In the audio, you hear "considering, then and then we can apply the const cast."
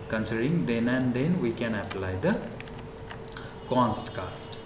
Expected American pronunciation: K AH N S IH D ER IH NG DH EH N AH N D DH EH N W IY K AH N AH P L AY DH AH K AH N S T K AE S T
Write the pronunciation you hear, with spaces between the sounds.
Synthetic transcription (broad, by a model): K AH N S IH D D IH NG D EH N AH N D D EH N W IY K AH N AH P L AY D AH K AH N S T K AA S T